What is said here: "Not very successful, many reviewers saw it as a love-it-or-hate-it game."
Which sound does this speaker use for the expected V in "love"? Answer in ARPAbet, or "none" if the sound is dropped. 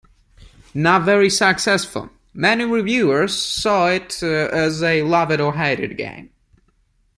V